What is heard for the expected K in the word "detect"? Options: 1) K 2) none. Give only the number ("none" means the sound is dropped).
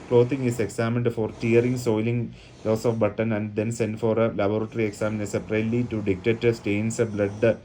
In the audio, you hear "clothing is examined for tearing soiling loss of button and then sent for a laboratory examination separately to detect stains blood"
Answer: 2